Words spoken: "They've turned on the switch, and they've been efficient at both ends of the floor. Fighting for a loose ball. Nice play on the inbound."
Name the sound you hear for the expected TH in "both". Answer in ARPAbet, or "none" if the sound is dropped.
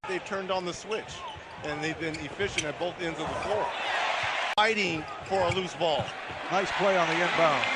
TH